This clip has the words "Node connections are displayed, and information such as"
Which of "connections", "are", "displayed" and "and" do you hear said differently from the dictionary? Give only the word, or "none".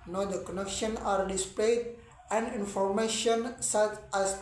connections